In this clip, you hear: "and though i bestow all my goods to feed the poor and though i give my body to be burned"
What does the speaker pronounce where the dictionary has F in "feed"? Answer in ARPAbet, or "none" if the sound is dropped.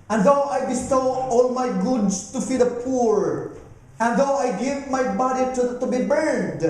F